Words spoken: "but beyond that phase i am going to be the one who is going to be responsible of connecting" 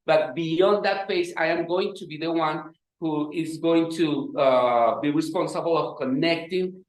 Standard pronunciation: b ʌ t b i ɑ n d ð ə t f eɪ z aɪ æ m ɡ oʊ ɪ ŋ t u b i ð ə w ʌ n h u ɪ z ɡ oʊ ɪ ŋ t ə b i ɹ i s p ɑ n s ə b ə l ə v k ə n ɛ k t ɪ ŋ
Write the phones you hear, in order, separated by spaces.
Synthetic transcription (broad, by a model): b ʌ t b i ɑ n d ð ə t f eɪ s aɪ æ m ɡ oʊ ɪ ŋ t u b i ð ə w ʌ n h u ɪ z ɡ oʊ ɪ ŋ t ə b i ɹ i s p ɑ n s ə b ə l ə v k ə n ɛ k t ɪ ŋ